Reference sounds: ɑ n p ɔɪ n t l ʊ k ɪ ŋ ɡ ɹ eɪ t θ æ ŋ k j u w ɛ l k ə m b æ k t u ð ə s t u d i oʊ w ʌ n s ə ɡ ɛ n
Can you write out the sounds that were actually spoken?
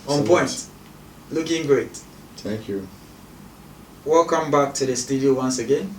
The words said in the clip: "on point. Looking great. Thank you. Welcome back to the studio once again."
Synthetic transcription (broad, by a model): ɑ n p ɔɪ n t l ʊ k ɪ ŋ ɡ ɹ eɪ t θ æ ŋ k j u w ɛ l k ə m b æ k t u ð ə s t u d i oʊ w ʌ n s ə ɡ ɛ n